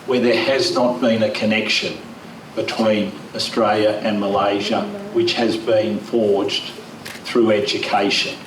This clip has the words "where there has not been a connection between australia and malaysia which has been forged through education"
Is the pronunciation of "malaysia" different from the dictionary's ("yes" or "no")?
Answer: no